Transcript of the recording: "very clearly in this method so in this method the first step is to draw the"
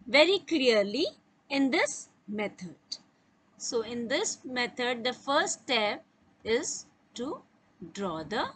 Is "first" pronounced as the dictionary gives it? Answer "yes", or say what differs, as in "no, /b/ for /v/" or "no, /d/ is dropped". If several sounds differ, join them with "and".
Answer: no, /s/ is dropped